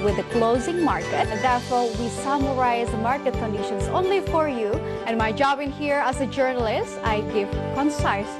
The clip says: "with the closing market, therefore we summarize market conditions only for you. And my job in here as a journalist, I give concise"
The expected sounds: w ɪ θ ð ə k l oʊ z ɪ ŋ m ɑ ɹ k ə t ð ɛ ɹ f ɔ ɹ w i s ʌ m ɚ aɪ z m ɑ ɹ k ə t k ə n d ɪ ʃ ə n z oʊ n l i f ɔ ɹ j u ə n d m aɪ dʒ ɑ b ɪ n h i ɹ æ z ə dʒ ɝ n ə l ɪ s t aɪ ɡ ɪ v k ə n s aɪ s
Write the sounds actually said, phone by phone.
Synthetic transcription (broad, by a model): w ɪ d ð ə k l oʊ z ɪ ŋ m ɑ ɹ k ə t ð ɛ ɹ f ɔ ɹ w i s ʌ m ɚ aɪ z m ɑ ɹ k ə t k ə n d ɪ ʃ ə n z oʊ n l i f ɔ ɹ j u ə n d m aɪ dʒ ɑ b ɪ n h i ɹ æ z ə dʒ ɝ n ə l ɪ s t aɪ ɡ ɪ v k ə n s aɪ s